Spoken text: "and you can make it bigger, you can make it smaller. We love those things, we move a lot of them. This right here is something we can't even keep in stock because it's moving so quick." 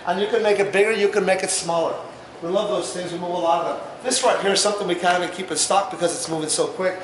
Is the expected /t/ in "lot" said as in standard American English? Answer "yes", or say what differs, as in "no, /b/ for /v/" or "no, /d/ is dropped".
no, /t/ is dropped